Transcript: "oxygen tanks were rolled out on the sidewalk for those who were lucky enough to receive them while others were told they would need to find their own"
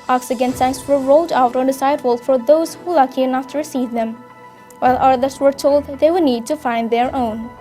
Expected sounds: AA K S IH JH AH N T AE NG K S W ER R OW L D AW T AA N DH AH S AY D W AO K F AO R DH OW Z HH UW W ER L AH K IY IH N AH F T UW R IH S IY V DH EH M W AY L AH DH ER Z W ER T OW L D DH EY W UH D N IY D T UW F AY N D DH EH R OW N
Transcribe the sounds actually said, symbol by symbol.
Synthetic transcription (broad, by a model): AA K S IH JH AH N S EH K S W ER R OW L D AW T AA N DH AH S AY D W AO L F AO R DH OW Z HH UW L AH K IY IH N AH F T UW R IH S IY V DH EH M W AY L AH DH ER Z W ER T OW L D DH EY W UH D N IY D T UW F AY N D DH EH R OW N